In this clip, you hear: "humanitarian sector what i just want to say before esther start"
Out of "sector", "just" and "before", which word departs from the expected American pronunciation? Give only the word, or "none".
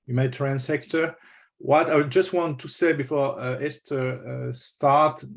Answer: none